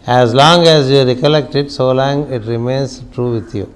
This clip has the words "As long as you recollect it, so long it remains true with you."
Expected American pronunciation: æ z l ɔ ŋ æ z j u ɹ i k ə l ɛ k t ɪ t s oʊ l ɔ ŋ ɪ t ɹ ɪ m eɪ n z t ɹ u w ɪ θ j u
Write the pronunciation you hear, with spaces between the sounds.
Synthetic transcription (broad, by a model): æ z l ɔ ŋ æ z j u ɹ i k ə l ɛ k t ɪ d s oʊ l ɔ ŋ ɪ t ɹ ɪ m eɪ n s t ɹ u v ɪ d j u